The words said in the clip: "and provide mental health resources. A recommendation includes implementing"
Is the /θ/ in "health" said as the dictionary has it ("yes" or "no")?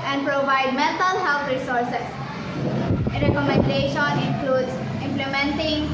no